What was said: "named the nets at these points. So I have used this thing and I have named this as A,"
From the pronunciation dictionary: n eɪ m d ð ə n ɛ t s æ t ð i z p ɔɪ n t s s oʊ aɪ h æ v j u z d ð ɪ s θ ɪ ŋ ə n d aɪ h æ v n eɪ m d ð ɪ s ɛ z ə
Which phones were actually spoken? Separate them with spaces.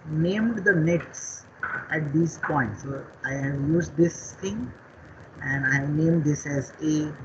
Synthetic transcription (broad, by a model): n eɪ m d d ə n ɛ t s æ t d i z p ɔɪ n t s s oʊ aɪ h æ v j u z d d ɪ s t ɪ ŋ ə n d aɪ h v n eɪ m d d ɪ s ɛ z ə